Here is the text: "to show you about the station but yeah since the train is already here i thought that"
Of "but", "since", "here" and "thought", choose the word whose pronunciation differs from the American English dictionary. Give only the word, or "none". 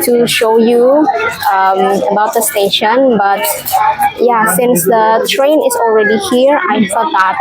thought